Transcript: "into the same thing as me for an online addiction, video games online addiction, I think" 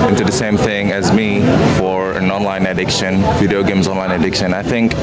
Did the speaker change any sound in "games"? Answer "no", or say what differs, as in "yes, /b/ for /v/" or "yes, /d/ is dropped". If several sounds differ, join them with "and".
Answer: no